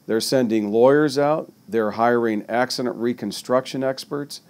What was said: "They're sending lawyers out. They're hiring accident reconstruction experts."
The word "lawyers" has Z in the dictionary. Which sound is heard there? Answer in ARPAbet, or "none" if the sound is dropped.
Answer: Z